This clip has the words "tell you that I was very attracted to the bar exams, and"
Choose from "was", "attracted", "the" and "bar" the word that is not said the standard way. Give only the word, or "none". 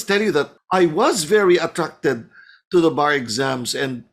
none